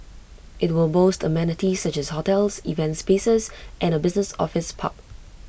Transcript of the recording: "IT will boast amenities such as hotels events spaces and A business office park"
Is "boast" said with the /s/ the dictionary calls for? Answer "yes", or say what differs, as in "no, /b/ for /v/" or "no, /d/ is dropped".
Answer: yes